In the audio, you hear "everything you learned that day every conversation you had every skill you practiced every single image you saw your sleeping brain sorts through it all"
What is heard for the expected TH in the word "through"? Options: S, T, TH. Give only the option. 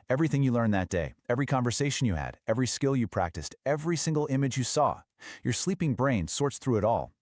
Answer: TH